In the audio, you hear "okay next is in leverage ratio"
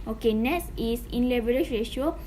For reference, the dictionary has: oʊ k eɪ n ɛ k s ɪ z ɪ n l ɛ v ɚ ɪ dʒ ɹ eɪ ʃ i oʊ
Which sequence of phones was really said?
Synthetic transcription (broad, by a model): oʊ k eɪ n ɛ s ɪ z ɪ n l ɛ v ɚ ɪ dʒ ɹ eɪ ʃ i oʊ